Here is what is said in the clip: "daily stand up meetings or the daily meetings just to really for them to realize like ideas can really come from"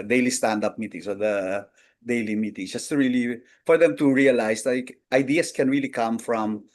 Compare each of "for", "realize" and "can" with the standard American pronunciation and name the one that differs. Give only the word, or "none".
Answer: realize